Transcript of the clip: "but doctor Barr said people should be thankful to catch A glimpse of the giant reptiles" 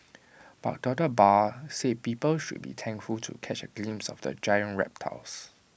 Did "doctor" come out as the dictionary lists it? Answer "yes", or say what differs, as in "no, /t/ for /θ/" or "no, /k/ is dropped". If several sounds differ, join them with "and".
no, /k/ is dropped